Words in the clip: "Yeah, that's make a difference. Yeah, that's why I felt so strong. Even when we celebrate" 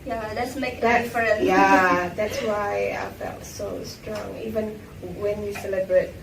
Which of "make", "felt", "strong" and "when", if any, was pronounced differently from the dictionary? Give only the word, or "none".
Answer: none